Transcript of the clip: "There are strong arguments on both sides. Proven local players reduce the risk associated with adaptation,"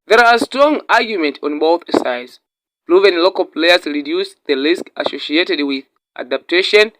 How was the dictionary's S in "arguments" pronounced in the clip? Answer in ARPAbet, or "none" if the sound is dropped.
none